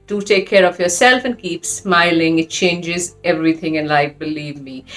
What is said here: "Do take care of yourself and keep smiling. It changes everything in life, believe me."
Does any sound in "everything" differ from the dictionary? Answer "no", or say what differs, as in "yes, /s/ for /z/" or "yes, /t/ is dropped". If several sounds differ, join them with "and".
no